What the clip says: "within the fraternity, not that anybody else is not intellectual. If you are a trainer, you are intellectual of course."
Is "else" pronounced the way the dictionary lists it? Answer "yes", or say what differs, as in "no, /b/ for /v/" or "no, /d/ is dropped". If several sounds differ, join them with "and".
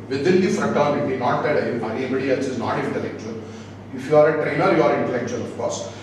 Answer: no, /l/ is dropped